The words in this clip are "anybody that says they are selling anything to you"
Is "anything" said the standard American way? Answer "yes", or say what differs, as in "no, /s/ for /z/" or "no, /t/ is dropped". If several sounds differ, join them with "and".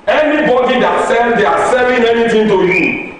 no, /t/ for /θ/